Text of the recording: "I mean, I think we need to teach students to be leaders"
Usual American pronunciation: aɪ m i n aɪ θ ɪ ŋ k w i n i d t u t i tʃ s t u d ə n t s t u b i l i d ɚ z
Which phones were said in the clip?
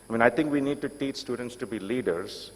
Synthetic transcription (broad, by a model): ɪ m i n aɪ t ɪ ŋ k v i n i d t u t i tʃ s t u d ə n t s t u b i l i d ɚ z